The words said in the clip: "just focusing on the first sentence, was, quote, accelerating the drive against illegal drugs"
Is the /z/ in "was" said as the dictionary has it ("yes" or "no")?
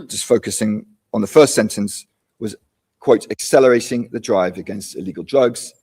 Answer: yes